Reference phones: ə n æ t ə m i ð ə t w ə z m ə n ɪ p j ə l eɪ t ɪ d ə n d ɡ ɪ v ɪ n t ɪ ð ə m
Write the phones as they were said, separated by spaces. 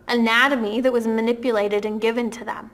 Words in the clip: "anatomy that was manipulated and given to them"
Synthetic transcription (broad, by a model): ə n æ t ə m i ð ə t w ə z m ə n ɪ p j ə l eɪ t ɪ d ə n ɡ ɪ v ɪ n t ɪ ð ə m